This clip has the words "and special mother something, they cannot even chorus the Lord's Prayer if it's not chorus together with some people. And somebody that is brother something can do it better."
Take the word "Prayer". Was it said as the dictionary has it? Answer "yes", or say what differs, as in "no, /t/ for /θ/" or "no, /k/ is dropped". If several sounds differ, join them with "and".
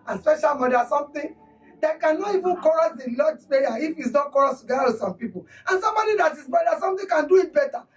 no, /ɹ/ is dropped